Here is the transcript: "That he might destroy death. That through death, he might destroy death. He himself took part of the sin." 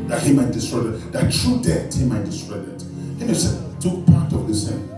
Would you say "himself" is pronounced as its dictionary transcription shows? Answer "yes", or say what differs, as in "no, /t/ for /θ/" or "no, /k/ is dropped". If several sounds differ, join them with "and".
no, /m/ is dropped